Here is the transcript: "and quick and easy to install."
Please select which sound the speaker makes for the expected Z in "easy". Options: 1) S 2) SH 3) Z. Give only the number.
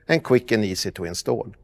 1